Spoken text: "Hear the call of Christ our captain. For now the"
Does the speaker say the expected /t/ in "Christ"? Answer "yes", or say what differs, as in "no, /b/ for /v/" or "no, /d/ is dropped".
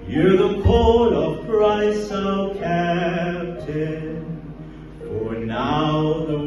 no, /t/ is dropped